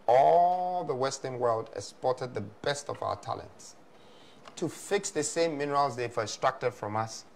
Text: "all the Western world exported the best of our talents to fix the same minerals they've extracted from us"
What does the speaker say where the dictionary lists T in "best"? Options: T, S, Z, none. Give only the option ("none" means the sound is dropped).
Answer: T